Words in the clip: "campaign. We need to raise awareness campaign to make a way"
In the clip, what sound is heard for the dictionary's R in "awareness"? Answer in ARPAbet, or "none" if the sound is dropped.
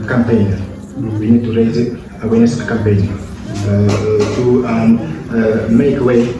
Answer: W